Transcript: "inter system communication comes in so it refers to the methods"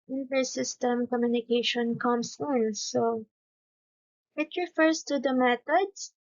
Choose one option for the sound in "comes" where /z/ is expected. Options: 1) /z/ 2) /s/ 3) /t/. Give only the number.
2